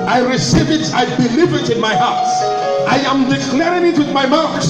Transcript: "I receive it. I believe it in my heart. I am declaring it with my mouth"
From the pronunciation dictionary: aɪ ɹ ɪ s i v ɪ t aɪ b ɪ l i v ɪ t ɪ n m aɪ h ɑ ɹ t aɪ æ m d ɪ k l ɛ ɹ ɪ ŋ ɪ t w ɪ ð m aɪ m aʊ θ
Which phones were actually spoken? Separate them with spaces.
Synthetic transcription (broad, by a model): aɪ ɹ ɪ s i v ɪ t aɪ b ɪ l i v ɪ t ɪ n m aɪ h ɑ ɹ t aɪ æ m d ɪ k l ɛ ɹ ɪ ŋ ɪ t w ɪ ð m aɪ m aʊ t